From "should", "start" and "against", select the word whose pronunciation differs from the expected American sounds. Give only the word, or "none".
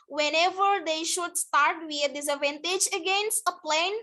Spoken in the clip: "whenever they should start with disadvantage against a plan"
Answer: none